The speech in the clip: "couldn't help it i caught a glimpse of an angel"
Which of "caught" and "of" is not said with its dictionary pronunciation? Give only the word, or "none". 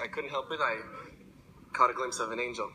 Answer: none